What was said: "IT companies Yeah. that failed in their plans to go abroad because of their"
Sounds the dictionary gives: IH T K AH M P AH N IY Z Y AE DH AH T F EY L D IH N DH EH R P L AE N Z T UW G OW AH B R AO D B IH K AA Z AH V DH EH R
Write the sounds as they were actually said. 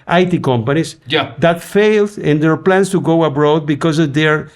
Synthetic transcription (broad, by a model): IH T K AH M P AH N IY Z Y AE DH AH T F EY L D IH N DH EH R P L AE N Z T UW G OW AH B R AO D B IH K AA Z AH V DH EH R